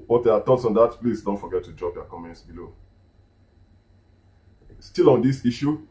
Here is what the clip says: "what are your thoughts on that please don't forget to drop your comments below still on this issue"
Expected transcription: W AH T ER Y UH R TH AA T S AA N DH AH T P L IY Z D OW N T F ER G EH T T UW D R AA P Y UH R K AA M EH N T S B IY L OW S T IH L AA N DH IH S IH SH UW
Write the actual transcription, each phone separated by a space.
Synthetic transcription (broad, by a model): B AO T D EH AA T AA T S AA N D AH T P L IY S D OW N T F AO G EH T T UW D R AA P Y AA K AA M EH N T S B IY L OW S T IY L AA N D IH S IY SH UW